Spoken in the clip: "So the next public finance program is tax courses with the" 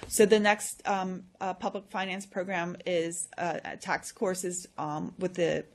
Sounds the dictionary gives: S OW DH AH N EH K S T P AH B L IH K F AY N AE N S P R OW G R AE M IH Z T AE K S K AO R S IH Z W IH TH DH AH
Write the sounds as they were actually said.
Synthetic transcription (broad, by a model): S OW DH AH N EH K S T P AH B L IH K F AY N AE N S P R OW G R AE M IH Z T AE K S K AO R S IH Z W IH DH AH